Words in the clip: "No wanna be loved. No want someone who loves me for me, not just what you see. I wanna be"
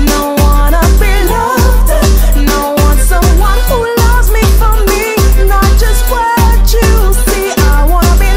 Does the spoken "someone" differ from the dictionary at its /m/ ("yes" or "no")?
no